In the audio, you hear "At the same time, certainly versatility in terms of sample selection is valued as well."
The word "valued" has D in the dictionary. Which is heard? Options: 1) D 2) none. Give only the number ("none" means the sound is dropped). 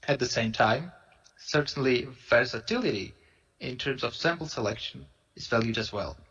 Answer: 1